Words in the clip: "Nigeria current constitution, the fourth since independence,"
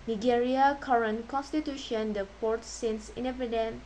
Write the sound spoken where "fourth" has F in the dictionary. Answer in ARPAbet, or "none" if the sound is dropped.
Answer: P